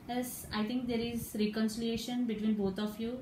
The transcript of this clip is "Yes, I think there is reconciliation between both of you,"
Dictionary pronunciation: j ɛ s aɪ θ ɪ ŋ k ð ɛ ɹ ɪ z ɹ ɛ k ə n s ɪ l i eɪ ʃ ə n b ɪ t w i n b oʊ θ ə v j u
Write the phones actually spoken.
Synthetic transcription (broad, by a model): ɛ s aɪ t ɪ ŋ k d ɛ ɹ ɪ z ɹ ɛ k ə n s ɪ l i eɪ ʃ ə n b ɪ t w i n b oʊ t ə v j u